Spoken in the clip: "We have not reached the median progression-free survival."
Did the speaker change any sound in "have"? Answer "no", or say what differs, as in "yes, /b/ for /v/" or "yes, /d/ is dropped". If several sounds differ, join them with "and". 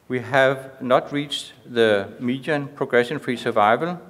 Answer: no